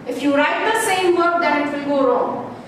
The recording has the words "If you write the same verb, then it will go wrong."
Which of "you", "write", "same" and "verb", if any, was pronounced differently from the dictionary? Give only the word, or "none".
verb